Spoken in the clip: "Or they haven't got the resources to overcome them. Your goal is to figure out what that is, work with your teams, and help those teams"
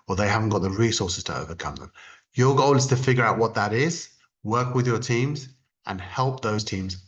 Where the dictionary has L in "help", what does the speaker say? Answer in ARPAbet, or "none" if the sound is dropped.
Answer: L